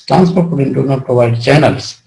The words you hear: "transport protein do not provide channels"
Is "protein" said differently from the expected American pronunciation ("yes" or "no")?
yes